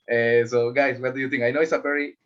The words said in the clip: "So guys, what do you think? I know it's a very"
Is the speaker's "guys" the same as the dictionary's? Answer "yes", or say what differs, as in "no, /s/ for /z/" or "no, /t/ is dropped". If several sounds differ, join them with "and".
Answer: no, /s/ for /z/